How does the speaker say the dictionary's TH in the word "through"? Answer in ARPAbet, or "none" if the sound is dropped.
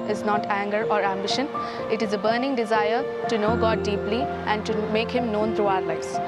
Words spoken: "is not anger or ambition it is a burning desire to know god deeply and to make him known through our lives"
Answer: T